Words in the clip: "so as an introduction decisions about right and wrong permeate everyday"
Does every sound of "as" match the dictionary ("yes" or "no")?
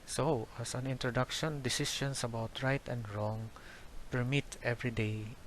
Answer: no